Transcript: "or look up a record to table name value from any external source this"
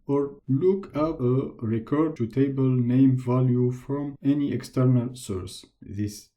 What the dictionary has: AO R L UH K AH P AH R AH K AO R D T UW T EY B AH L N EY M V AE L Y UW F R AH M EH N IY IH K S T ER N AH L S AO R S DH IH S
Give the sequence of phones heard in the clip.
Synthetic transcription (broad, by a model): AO R L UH K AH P AH R AH K AO R D T UW T EY B AH L N EY M V AE L Y UW F R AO M EH N IY IH K S T ER N AH L S AO R S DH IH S